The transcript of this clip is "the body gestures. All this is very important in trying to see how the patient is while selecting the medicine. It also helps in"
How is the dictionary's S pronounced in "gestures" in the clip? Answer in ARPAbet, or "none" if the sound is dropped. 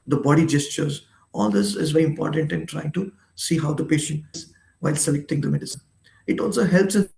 S